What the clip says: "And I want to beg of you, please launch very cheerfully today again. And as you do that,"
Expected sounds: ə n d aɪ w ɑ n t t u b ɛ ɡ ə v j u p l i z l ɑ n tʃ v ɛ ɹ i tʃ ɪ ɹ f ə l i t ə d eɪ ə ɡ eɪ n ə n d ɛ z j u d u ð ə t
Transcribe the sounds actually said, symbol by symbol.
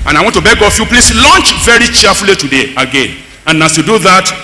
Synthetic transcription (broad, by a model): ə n aɪ w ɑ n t t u b ɛ ɡ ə f j u p l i s l ɑ n tʃ v ɛ ɹ i tʃ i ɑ f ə l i t ə d eɪ ə ɡ eɪ n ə n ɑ s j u d u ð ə t